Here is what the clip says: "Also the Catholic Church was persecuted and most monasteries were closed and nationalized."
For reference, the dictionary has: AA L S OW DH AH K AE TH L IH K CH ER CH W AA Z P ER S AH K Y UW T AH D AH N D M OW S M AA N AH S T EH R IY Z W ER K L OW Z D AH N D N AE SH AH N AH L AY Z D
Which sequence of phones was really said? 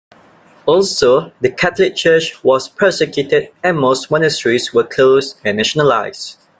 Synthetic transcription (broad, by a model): AA L S OW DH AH K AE T L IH K CH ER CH W AA S P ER S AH K Y UW T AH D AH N M OW S M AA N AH S T R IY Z W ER K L OW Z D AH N N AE SH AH N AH L AY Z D